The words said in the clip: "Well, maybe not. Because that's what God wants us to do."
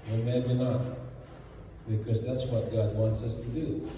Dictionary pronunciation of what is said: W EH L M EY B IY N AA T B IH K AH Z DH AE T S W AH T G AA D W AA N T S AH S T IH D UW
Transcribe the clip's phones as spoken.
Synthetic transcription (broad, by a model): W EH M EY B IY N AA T B IH K AH Z DH AE T S W AH T G AA D W AA N T S AH S T IH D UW